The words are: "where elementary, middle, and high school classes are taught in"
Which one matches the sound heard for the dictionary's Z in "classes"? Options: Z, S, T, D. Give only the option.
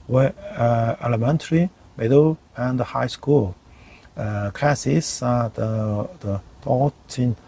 S